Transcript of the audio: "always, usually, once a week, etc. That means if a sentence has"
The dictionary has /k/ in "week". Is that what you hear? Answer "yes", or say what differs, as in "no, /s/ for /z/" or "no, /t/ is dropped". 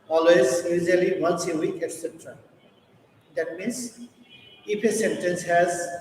yes